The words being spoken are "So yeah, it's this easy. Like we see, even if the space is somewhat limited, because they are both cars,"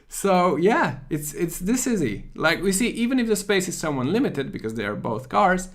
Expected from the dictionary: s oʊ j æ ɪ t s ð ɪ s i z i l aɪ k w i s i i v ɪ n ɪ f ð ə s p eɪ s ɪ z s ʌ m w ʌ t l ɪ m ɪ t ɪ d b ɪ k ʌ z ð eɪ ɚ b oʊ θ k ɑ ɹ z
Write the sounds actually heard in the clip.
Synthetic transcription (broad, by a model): s oʊ j æ ɪ t s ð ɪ s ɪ z i l aɪ k w i s i i v ɪ n ɪ f ð ə s p eɪ s ɪ z s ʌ m w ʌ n l ɪ m ɪ t ɪ d b ɪ k ʌ z ð eɪ ɚ b oʊ θ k ɑ ɹ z